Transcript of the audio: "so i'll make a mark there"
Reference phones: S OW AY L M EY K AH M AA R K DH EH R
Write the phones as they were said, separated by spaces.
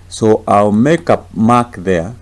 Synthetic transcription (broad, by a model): S OW AY L M EY K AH M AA K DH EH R